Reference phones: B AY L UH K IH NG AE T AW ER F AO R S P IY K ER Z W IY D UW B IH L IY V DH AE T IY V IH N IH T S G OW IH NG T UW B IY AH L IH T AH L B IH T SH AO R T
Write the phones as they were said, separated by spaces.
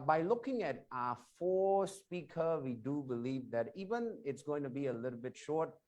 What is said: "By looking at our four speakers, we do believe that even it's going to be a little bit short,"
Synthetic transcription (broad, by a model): B AY L UH K IH NG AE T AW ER F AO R S P IY K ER W IY D UW B IH L IY V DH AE T IY V IH N IH T S G OW IH NG T UW B IY AH L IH T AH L B IH T SH AO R T